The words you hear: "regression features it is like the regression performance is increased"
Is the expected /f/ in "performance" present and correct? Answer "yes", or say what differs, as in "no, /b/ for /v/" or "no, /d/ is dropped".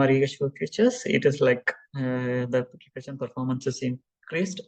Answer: yes